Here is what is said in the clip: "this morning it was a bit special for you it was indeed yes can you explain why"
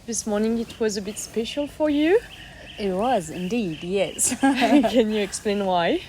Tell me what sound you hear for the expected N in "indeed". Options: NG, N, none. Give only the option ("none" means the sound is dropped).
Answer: N